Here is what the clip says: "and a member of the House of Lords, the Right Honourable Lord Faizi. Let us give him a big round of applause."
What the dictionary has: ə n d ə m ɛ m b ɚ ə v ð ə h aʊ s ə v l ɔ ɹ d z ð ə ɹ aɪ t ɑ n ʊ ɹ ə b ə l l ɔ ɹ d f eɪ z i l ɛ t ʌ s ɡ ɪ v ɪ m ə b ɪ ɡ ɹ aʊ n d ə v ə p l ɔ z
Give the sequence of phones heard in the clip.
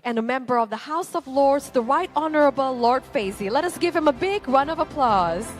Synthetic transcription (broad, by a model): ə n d ə m ɛ m b ɚ ə v ð ə h aʊ s ə v l ɔ ɹ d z ð ə ɹ aɪ t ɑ n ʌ ɹ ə b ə l l ɔ ɹ d f eɪ z i l ɛ t ʌ s ɡ ɪ v ɪ m ə b ɪ ɡ ɹ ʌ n ə v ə p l ɔ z